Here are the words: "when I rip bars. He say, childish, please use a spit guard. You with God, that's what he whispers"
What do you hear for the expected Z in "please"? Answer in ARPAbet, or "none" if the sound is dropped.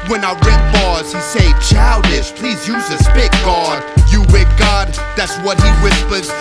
Z